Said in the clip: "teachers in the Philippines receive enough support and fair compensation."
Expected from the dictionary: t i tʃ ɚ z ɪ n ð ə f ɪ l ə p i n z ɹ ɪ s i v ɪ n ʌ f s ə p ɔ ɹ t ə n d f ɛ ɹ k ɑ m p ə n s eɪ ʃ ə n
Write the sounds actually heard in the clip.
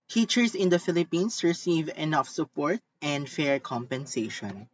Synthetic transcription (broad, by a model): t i tʃ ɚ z ɪ n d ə f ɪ l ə p i n s ɹ ɪ s i v ɪ n ʌ f s ə p ɔ ɹ t ə n d f ɛ ɹ k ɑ m p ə n s eɪ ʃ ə n